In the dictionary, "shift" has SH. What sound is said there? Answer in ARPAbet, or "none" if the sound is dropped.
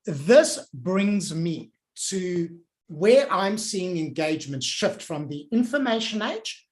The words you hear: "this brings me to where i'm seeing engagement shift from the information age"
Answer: SH